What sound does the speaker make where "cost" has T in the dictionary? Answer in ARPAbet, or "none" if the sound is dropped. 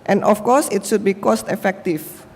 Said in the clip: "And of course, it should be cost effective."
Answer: T